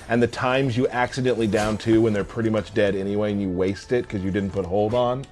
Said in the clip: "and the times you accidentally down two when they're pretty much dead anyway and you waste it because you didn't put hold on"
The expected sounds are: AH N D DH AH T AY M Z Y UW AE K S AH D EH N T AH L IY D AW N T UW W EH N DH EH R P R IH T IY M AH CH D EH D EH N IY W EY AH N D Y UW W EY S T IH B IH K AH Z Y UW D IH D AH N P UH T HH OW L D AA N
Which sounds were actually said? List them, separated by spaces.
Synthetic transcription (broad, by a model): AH N DH AH T AY M Z Y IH AE K S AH D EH N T L IY D AW N T UW W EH N DH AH R P R IH T IY M AH CH D EH D EH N IY W EY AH N Y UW W EY S T IH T K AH Z Y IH D IH D N P UH T HH OW L D N